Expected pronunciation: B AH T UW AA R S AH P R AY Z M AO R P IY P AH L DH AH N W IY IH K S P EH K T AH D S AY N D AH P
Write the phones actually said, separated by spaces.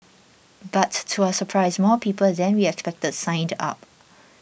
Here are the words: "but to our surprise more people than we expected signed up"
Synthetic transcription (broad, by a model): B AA T UW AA S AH P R AY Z M AO P IY P AH L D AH N W IY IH K S P EH K T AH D S AY N D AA P